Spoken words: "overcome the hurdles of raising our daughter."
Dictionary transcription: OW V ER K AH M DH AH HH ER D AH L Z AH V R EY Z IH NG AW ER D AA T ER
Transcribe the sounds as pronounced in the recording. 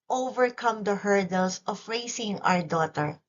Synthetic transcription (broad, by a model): OW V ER K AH M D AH HH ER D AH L S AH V R EY S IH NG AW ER D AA T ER